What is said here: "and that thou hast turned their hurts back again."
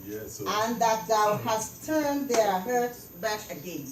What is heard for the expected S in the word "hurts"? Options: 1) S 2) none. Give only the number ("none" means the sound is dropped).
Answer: 2